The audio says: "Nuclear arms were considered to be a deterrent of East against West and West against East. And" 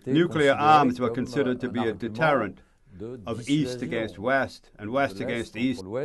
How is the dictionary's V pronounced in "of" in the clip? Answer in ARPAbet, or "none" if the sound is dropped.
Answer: V